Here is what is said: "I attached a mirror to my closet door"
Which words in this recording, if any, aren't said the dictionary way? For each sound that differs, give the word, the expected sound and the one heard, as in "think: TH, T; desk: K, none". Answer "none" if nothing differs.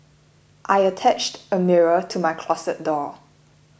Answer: closet: Z, S